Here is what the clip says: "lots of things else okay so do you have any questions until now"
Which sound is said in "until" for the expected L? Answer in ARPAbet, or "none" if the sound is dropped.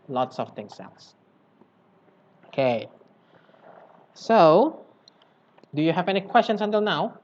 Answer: L